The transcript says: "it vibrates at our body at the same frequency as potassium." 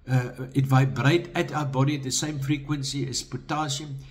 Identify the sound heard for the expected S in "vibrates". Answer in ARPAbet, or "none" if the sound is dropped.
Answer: none